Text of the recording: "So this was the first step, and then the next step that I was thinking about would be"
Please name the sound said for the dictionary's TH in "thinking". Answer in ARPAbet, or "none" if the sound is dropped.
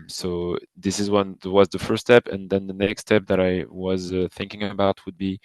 TH